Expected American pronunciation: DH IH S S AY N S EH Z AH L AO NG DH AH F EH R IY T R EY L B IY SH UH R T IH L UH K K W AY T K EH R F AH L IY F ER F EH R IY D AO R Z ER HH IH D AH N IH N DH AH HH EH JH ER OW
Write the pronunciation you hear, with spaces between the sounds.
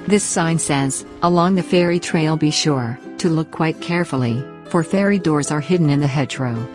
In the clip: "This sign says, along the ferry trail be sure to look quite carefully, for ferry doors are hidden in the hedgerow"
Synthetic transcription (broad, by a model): DH IH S S AY N S EH Z AH L AO NG DH AH F EH R IY T R EY L B IY SH UH R T IH L UH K K W AY T K EH R F L IY F ER F EH R IY D AO R Z ER HH IH D N IH N DH AH HH EH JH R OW